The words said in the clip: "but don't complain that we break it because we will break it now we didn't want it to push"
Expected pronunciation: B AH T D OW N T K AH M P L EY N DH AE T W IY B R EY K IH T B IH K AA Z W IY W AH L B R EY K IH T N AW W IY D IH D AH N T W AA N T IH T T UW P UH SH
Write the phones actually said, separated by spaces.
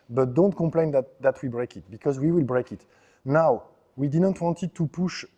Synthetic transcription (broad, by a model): B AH T D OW N T K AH M P L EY N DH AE T W IY B R EY K IH T B IH K AA Z W IY W AH L B R EY K IH T N AW W IY D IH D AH N T W AA N T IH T T UW P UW SH